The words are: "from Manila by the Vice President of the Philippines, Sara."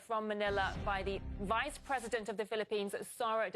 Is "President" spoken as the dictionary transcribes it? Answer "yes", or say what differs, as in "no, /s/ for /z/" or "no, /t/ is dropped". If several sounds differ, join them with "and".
yes